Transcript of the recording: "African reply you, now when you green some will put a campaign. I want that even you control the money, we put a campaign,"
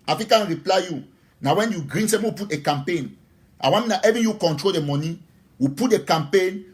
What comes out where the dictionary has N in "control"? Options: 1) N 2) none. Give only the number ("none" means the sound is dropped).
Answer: 1